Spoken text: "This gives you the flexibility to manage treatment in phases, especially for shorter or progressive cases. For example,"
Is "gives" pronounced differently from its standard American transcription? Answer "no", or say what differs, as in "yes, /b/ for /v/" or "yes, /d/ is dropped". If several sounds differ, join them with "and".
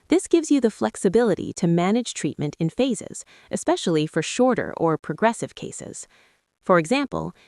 no